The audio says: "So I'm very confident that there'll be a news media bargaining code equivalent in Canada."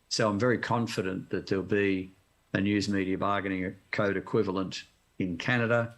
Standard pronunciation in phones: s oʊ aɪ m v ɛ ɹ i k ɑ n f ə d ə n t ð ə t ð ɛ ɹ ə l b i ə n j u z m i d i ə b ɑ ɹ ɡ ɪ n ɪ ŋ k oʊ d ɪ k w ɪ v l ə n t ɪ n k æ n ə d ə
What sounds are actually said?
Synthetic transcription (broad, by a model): s oʊ aɪ m v ɛ ɹ i k ɑ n f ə d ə n ð ə t ð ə l b i ə n j u z m i d i ə b ɑ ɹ ɡ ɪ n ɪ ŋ k oʊ d ɪ k w ɪ v l ə n t ɪ n k æ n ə d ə